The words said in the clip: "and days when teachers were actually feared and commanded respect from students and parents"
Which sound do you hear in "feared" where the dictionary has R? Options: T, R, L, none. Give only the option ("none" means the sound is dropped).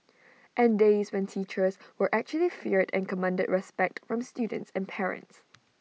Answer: R